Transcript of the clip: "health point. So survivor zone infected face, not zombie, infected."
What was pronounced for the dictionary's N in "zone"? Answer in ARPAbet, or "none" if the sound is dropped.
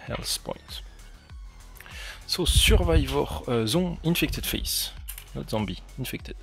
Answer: none